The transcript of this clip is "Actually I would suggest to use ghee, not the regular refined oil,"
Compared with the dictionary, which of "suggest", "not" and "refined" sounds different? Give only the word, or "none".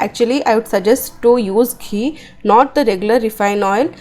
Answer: refined